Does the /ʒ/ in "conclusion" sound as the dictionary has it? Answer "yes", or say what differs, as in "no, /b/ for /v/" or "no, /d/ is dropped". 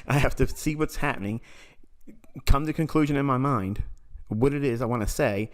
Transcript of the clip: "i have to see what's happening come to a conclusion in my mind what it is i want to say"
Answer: yes